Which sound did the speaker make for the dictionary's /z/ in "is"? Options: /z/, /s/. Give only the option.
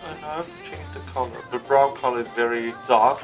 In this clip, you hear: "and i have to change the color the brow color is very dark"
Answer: /z/